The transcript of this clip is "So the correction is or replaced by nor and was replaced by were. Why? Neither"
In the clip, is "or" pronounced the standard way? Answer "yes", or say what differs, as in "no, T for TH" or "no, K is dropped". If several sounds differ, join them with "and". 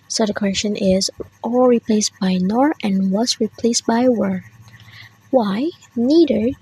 no, L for R